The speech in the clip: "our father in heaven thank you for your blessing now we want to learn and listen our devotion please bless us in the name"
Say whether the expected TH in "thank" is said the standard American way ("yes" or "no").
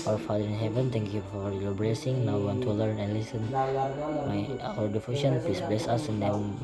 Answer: no